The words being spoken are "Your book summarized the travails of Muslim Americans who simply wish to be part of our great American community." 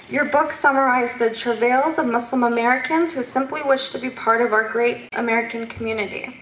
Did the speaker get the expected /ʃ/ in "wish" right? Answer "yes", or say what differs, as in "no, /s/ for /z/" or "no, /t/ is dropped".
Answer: yes